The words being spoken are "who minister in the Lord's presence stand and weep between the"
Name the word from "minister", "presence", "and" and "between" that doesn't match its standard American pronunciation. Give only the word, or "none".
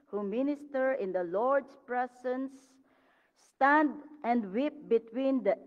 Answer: presence